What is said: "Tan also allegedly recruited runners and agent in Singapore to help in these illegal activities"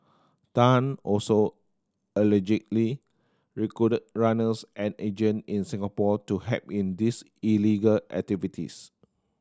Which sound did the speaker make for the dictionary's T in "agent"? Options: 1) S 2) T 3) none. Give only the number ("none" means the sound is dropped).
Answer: 3